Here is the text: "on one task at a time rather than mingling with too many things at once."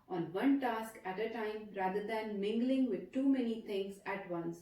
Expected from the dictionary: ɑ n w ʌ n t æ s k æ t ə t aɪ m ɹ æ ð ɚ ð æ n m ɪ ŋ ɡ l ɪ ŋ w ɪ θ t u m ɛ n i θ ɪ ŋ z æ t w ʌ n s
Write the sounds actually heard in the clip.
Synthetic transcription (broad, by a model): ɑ n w ʌ n t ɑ s k æ t ə t aɪ m ɹ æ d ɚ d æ n m ɪ ŋ ɡ l ɪ ŋ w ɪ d t u m ɛ n i t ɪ ŋ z æ t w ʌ n s